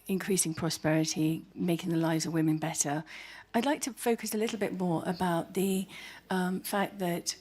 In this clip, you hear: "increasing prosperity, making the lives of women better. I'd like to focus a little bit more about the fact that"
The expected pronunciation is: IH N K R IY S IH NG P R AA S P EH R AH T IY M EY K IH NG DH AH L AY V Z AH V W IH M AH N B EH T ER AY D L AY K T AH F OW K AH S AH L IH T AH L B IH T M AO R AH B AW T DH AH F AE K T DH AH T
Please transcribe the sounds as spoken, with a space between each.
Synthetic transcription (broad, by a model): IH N K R IY S IH NG P R AA S P EH R AH T IY M EY K IH NG DH AH L AY V Z AH V W IH M AH N B EH T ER AY D L AY K T AH F OW K AH S AH L IH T L B IH T M AO R AH B AW T DH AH F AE K DH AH T